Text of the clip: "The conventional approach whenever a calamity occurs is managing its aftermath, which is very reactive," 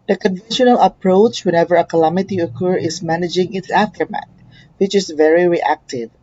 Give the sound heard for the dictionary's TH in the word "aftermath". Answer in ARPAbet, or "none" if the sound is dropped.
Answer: T